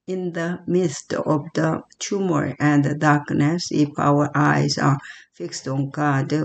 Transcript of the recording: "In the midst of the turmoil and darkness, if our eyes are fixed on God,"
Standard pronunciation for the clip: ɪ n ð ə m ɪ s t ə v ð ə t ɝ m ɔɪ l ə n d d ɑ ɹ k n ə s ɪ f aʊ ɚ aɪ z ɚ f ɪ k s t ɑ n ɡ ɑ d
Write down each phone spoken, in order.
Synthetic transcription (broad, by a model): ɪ n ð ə m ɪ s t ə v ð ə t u m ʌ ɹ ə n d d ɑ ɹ k n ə s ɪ p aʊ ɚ aɪ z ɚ f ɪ k s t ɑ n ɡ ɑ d